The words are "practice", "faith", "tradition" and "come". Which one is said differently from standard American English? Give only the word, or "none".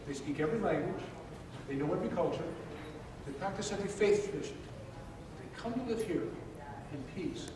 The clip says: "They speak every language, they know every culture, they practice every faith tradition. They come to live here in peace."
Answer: tradition